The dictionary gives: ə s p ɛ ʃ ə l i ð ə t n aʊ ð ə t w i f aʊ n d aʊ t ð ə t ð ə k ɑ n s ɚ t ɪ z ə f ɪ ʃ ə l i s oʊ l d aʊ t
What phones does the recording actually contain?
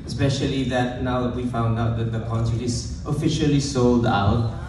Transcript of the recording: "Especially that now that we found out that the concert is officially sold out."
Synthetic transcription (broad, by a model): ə s p ɛ ʃ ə l i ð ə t n aʊ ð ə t w i f aʊ n d aʊ t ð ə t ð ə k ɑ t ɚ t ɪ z ə f ɪ ʃ ə l i s oʊ l d aʊ t